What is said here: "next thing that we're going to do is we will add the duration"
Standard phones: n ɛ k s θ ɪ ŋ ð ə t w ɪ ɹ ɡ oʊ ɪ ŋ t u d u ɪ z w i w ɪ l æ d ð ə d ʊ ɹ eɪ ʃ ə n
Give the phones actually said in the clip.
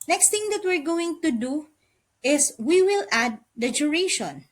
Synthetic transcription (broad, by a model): n ɛ k s t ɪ ŋ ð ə t w ɪ ɹ ɡ oʊ ɪ ŋ t u d u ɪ s w i w ɪ l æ d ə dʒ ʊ ɹ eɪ ʃ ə n